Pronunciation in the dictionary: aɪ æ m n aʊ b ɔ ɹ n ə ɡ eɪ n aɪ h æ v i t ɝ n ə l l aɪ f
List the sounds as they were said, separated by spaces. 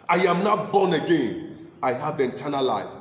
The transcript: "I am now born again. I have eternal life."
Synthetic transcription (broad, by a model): aɪ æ m n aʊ b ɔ n ə ɡ eɪ n aɪ h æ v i t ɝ n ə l l aɪ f